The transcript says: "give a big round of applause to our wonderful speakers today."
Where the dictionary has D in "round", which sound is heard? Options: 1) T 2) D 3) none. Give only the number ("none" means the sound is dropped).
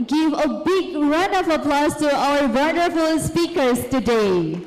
3